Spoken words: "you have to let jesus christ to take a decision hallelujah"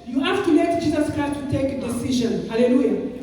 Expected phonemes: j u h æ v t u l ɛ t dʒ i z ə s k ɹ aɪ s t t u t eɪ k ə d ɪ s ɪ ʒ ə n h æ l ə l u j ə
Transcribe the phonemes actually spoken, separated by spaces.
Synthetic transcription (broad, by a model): j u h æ f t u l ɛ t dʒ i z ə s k aɪ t t u t eɪ k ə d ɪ s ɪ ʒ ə n h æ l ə l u j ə